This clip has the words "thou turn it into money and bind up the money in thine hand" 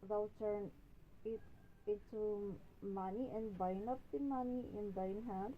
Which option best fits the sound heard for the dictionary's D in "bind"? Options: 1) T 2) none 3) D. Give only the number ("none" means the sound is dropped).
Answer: 2